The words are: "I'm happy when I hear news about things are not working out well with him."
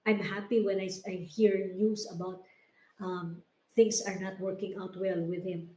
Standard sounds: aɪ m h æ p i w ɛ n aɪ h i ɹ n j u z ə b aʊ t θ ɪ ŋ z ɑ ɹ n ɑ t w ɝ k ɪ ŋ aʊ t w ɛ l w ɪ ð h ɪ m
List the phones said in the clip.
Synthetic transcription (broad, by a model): aɪ m h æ p i w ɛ n aɪ h i ɹ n j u s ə b aʊ t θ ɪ ŋ s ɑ ɹ n ɑ t w ɝ k ɪ ŋ aʊ t w ɛ l w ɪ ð h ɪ m